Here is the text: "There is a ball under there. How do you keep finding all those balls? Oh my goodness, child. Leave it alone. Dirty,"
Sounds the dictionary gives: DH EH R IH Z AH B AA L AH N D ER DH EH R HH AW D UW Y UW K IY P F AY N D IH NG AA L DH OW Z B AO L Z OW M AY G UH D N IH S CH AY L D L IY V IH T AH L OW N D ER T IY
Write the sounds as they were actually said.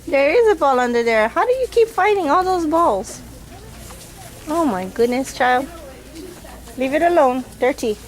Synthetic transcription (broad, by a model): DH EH R IH Z AH B AA L AH N D ER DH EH R HH AW D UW Y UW K IY P F AY D IH NG AA L DH OW Z B AO L Z OW M AY G UH D N IH S CH AY L D L IY V IH T AH L OW N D ER T IY